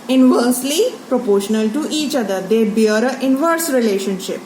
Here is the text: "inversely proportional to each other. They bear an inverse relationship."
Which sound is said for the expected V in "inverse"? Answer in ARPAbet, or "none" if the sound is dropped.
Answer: V